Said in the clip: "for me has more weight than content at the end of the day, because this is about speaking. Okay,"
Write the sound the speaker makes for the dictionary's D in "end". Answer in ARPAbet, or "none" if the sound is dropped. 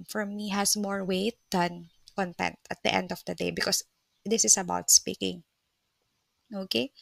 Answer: D